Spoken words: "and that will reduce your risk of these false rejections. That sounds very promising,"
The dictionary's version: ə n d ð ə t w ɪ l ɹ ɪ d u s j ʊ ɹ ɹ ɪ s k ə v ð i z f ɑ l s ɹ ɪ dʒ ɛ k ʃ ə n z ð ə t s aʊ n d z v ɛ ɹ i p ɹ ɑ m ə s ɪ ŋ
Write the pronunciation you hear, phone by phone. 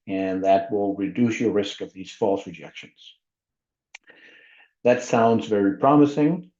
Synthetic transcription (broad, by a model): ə n ð ə t w ɪ l ɹ ɪ d u s j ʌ ɹ ɹ ɪ s k ə v ð i z f ɑ l s ɹ ɪ dʒ ɛ k ʃ ə n z ð ə t s aʊ n d z v ɛ ɹ i p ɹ ɑ m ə s ɪ ŋ